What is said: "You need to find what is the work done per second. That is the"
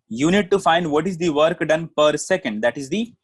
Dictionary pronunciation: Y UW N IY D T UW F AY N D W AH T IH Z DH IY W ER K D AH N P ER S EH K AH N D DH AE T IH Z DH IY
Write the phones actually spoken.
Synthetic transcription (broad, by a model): Y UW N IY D T UW F AY N D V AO T IH Z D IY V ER K D AH N P ER S EH K AH N D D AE T IH Z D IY